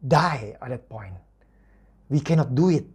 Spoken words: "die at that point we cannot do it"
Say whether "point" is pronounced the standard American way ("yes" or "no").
yes